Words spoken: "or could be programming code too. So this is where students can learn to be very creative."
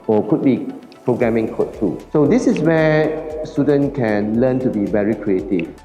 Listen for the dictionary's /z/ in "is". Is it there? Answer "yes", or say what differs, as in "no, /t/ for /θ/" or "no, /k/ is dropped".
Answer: no, /s/ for /z/